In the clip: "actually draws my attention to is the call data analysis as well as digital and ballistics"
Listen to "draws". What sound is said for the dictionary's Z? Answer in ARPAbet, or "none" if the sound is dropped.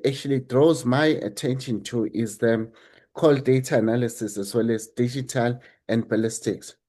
Z